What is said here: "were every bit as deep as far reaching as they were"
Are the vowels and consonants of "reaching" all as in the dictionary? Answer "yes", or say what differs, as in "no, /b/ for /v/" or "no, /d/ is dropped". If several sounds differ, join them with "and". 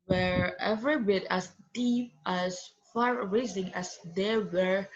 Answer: no, /s/ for /tʃ/